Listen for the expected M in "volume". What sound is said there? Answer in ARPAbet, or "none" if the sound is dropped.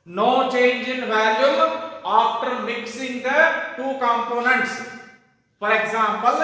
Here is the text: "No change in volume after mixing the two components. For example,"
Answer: none